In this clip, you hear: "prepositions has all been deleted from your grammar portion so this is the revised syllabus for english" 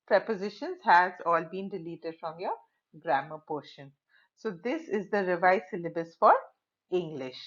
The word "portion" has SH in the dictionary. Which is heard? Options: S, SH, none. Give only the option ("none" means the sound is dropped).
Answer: SH